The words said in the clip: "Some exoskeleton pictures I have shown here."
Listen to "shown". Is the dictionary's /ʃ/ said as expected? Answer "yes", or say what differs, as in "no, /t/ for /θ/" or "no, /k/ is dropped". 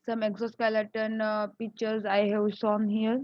no, /s/ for /ʃ/